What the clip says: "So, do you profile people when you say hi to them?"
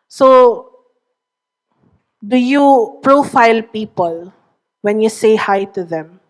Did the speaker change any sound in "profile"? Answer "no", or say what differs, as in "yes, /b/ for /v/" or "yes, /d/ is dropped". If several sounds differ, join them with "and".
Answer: no